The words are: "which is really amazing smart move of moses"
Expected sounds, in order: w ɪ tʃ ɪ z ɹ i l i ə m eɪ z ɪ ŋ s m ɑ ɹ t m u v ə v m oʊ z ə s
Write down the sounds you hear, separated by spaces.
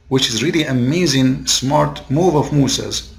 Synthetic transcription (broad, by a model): w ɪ tʃ ɪ z ɹ i l i ə m eɪ z ɪ ŋ s m ɑ ɹ t m u v ə v m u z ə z